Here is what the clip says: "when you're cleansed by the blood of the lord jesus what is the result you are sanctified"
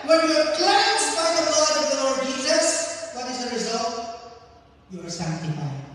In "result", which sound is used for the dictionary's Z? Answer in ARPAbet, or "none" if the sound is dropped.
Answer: Z